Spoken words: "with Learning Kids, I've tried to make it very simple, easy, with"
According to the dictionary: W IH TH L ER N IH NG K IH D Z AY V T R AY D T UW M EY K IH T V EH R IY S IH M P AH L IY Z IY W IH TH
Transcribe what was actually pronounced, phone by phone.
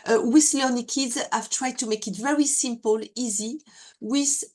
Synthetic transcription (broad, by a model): W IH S L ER N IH K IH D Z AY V T R AY D T UW M EY K IH T V EH R IY S IH M P AH L IY Z IY W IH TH